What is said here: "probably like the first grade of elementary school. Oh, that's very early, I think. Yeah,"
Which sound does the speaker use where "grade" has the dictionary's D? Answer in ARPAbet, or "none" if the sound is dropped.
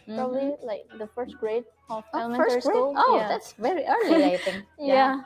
none